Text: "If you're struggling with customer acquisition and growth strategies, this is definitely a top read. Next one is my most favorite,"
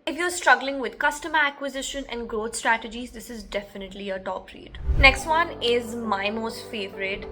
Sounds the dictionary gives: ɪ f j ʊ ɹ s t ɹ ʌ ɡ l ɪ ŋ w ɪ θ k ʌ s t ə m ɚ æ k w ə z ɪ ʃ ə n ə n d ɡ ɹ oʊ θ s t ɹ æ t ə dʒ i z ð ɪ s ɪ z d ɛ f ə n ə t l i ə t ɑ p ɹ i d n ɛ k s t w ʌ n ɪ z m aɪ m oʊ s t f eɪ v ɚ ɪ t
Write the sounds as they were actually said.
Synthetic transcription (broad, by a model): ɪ f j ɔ ɹ s t ɹ ʌ ɡ l ɪ ŋ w ɪ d k ʌ s t ə m ɚ æ k w ə z ɪ ʃ ə n ə n d ɡ ɹ oʊ t s t ɹ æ t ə dʒ i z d ɪ s ɪ z d ɛ f ə n ə t l i ə t ɑ p ɹ i d n ɛ k s t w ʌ n ɪ z m aɪ m oʊ s t f eɪ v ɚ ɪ t